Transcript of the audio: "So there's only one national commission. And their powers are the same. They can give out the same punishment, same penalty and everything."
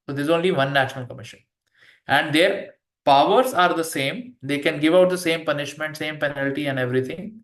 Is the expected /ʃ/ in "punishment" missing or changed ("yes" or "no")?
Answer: no